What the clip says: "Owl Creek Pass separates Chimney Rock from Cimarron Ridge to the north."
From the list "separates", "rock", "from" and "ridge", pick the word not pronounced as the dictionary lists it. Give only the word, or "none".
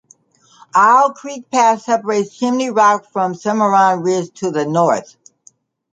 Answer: ridge